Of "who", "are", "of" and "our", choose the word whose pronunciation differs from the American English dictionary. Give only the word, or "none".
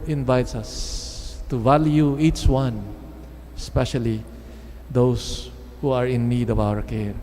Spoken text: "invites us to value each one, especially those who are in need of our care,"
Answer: of